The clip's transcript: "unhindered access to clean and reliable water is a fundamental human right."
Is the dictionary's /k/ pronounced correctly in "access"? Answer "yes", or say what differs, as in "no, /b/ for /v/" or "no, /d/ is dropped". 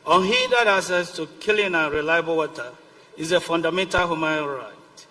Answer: no, /k/ is dropped